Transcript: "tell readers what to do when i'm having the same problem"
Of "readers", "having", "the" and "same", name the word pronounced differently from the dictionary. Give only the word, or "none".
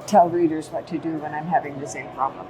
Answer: none